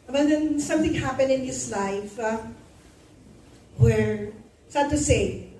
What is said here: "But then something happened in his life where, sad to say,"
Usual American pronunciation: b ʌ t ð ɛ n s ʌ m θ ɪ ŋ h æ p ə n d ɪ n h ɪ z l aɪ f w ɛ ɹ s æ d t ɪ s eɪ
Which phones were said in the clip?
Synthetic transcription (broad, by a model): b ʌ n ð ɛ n s ʌ m θ ɪ ŋ h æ p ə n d ɪ n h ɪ s l aɪ f w ɛ ɹ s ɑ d t ɪ s eɪ